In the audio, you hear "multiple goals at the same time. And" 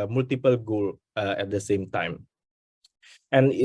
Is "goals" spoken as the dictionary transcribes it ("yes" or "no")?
no